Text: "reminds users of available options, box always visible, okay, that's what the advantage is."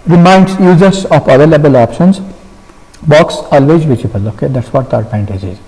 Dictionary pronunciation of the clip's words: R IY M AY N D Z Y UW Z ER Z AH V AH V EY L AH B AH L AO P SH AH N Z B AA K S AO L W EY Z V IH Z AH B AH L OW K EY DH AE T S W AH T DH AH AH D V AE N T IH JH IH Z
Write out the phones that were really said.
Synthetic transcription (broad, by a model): R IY M AY N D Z Y UW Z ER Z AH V AH V EY L AH B AH L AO P SH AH N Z B AA K S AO L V EY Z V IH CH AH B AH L OW K EY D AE T S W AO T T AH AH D P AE N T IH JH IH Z